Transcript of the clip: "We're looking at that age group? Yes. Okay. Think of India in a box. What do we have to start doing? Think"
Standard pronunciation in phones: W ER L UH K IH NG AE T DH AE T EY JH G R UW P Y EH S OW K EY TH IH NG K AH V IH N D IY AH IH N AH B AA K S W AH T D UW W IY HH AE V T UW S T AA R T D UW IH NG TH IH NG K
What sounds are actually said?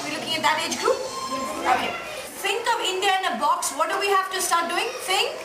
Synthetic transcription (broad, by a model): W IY L UH K IH NG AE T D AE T EY JH G R UW P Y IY OW EY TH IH NG K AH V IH N D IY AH IH N AH B AA K S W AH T D UW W IY HH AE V T UW S T AA R T D UW IH NG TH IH NG K